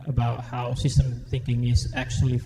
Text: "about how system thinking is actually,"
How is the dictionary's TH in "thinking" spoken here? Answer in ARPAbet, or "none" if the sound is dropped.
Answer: TH